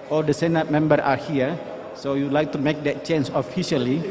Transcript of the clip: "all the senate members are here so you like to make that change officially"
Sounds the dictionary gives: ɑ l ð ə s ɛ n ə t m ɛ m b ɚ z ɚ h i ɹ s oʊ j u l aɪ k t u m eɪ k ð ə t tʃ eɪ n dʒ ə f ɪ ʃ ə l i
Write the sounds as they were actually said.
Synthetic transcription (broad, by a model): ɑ l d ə s ɛ n ə t m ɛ m b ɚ ɑ h i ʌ s oʊ j u l aɪ k t u m eɪ k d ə t tʃ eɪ n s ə f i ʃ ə l i